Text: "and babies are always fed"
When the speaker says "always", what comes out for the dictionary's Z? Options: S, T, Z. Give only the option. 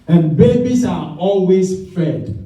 S